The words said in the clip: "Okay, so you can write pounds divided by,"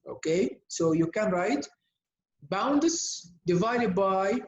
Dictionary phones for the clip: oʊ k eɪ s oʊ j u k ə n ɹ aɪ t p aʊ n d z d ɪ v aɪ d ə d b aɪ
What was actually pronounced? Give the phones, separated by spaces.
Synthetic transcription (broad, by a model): oʊ k eɪ s oʊ j u k ə n ɹ aɪ t b aʊ n d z d ɪ v aɪ d ə d b aɪ